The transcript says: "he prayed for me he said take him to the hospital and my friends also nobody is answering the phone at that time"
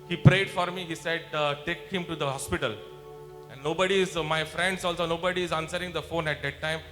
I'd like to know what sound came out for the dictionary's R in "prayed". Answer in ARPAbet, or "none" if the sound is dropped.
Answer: R